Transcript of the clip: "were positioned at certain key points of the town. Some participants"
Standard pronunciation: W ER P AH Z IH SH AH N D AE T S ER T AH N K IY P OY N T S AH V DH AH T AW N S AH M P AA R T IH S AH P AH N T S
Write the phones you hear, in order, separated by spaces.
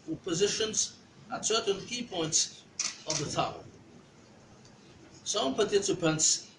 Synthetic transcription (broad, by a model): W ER P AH Z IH SH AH N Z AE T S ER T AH N K IY P OY N T S AH V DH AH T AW L S AH M P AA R T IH S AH P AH N T S